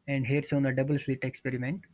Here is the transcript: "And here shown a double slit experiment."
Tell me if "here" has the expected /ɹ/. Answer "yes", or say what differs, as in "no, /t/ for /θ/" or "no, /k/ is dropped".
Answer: yes